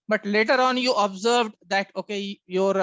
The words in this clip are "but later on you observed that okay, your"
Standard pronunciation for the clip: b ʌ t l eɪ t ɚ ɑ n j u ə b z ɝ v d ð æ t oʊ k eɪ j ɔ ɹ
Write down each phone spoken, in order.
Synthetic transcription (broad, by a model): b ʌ t l eɪ t ɚ ɑ n j u ə b z ɝ v d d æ t oʊ k eɪ j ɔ ɹ